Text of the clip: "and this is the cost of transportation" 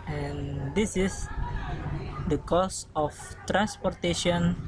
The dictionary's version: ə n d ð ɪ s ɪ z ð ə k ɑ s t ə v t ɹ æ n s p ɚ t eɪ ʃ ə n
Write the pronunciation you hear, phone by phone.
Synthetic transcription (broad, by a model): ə n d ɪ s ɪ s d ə k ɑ s ə f t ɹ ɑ n s p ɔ t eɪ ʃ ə n